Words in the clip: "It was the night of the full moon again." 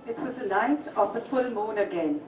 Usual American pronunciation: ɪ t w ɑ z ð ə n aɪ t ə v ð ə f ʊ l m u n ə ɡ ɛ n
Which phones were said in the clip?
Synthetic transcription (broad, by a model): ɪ t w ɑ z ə l aɪ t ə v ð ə f ʊ l m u n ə ɡ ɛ n